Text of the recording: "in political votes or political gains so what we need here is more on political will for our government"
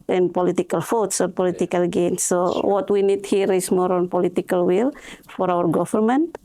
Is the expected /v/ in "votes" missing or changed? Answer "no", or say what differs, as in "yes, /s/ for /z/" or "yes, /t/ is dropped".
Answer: yes, /f/ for /v/